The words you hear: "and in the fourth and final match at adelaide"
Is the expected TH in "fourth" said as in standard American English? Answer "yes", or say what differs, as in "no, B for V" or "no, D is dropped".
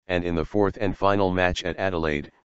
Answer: yes